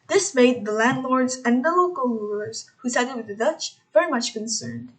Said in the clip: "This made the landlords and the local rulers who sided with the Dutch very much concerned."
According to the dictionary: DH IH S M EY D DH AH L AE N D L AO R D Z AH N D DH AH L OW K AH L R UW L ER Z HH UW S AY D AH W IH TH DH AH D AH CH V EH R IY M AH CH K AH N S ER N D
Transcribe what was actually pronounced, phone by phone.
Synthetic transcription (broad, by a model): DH IH S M EY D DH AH L AE N D L AO R D Z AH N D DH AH L OW K AH L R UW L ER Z HH UW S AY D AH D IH DH AH D AH CH V EH R IY M AH CH K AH N S ER N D